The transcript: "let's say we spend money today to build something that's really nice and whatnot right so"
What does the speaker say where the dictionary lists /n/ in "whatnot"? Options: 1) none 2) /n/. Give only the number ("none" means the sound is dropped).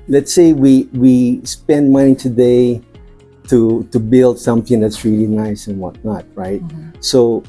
2